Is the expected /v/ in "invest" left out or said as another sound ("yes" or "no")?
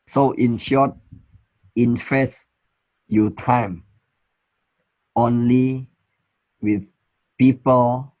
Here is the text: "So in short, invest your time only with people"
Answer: yes